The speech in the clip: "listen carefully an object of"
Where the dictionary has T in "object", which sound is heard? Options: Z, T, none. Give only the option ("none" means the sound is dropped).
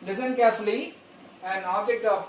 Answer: T